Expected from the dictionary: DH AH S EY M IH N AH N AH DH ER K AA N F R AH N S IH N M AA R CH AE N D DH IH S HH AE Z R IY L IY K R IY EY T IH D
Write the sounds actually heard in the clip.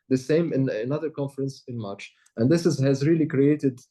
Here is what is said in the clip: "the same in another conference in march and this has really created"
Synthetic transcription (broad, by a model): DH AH S EY M IH N AH N AH DH ER K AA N F R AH N S IH N M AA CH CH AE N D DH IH S HH AE Z R IY L IY K R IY EY T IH D